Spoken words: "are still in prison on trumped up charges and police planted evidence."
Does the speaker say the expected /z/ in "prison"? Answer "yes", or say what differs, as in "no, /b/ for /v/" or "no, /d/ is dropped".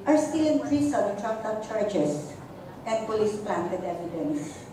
no, /s/ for /z/